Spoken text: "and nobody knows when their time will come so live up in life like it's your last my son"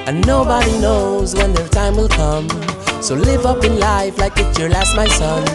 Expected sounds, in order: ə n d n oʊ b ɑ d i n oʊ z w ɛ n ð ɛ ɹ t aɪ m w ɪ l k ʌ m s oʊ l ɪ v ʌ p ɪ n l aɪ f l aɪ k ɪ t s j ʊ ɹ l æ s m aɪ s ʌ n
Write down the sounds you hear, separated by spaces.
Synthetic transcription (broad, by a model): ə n n oʊ b ɑ d i n oʊ z w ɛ n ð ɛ ɹ t aɪ m w ɪ l k ʌ m s oʊ l ɪ v ʌ p ɪ n l aɪ f l aɪ k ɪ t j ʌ ɹ l æ s m aɪ s ʌ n